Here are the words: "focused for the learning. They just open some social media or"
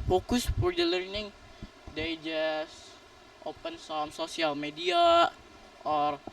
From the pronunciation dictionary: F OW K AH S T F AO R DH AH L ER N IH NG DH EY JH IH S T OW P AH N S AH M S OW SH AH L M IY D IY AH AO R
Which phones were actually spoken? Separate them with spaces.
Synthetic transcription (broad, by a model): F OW K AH S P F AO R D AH L ER N IH NG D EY JH IH S T OW P AH N S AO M S OW S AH L M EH D IY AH AO R